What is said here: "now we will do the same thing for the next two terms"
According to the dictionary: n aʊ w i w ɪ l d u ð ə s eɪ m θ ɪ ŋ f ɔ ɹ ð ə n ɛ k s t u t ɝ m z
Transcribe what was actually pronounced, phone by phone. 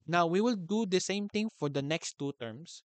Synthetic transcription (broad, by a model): n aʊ w i w ɪ l d u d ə s eɪ m t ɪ ŋ f ɔ ɹ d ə n ɛ k s t u t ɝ m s